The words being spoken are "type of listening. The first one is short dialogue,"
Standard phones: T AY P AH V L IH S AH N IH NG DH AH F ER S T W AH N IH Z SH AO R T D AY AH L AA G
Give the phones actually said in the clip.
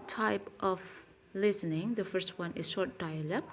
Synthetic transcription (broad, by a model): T AY P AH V L IH S AH N IH NG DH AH F ER S T W AH N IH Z SH AO R T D AY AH L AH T